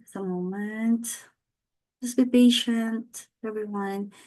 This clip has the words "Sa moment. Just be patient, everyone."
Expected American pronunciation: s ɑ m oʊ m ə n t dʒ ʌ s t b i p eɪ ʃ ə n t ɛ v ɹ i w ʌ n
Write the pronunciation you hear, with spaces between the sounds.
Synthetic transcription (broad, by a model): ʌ m oʊ m ə n t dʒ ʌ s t b i b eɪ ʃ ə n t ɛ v ɹ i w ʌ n